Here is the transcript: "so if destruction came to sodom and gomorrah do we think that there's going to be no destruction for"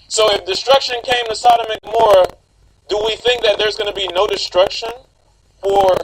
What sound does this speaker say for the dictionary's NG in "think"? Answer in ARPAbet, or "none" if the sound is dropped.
NG